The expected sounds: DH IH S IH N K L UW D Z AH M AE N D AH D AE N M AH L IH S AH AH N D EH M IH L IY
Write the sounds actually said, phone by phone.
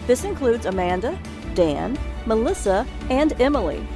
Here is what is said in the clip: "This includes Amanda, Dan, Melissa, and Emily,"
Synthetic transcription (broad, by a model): DH IH S IH N K L UW D Z AH M AE N D AH D AE N M AH L IH S AH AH N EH M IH L IY